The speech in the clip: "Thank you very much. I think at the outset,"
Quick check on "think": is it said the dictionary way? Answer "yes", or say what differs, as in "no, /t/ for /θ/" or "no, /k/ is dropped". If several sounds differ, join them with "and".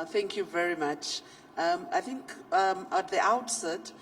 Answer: yes